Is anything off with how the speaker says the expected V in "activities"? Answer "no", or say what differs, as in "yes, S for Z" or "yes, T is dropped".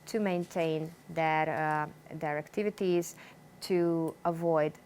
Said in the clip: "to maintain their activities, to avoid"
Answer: no